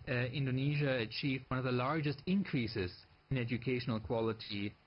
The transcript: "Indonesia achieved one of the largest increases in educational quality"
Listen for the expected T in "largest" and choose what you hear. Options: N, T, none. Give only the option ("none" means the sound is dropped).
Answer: T